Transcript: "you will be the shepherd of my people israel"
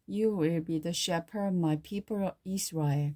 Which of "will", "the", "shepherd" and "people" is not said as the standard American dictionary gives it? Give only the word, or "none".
shepherd